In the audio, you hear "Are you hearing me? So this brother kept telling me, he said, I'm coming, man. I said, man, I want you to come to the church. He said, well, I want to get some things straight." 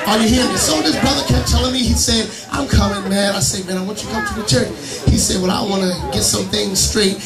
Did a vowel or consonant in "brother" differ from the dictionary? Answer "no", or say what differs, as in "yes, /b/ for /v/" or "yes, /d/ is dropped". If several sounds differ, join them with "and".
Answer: no